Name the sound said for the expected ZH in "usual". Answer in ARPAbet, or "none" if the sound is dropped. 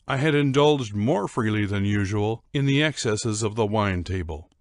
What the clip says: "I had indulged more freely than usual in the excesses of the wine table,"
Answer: ZH